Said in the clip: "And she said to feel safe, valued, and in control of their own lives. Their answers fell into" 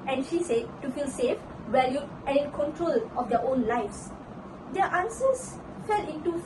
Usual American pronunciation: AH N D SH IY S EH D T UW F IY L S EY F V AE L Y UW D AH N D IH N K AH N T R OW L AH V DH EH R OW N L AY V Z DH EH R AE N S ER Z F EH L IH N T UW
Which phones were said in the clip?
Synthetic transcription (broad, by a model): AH N SH IY S EH D T UW F IY L S EY F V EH L Y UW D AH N IH N K AH N T R OW L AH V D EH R OW N L AY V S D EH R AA N S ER S F EH L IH N T UW